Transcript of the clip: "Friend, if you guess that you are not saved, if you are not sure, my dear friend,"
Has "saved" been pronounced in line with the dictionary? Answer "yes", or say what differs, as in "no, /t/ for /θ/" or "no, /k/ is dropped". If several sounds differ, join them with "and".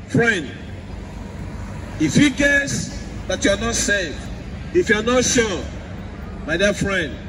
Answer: no, /d/ is dropped